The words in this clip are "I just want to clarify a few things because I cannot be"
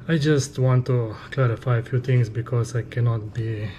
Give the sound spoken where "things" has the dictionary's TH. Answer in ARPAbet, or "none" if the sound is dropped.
T